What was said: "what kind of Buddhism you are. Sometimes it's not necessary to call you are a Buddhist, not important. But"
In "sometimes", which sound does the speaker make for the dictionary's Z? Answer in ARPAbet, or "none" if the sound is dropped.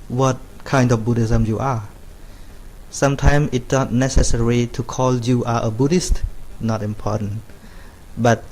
none